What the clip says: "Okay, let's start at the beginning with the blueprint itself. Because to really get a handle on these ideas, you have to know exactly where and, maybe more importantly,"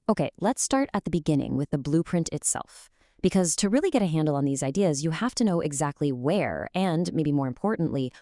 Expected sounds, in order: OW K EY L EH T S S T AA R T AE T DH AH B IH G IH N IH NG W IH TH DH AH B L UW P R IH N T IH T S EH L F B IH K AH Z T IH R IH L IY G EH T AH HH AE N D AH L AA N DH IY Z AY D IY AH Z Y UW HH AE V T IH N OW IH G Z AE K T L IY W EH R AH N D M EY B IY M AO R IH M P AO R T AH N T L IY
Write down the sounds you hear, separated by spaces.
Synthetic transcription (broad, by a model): OW K EY L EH T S S T AA R T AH T DH AH B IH G IH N IH NG W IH DH AH B L UW P R IH N T IH T S EH L F B IH K AH Z T IH R IH L IY G EH T AH HH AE N D L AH N DH IY Z AY D IY AH Z Y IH HH AE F T IH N OW IH G Z AE K T L IY W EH R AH N M EY B IY M AO R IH M P AO R T N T L IY